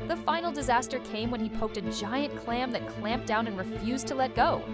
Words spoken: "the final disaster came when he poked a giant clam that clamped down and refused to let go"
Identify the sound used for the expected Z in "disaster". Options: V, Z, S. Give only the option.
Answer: Z